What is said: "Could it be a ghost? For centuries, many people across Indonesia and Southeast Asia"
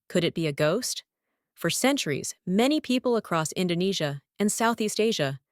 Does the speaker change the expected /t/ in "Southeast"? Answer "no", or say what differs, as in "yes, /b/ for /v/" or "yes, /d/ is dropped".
no